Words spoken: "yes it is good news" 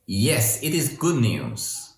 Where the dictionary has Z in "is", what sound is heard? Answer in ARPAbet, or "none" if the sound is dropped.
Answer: Z